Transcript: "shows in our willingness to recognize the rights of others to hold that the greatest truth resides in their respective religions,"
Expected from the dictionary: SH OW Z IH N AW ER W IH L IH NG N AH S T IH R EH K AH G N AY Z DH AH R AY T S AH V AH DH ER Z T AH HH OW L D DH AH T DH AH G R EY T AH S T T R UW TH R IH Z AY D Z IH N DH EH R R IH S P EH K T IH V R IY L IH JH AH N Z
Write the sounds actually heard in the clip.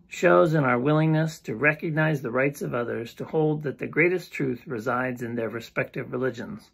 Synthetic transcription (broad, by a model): SH OW Z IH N AW ER W IH L IH NG N AH S T IH R EH K AH G N AY Z DH AH R AY T S AH V AH DH ER Z T AH HH OW L D DH AH T DH AH G R EY T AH S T T R UW TH R IH Z AY D Z IH N DH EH R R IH S P EH K T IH V R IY L IH JH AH N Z